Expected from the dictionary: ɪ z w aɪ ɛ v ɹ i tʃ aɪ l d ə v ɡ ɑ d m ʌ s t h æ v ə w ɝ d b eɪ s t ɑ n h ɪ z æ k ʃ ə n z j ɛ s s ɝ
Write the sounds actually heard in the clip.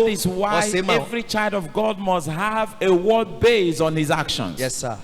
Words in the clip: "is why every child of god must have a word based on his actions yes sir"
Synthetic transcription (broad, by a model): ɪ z w aɪ ɛ v ɹ i tʃ aɪ l d ə v ɡ ɑ d m ʌ s t h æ v ə w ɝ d b eɪ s ɑ n h ɪ z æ k ʃ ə n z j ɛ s s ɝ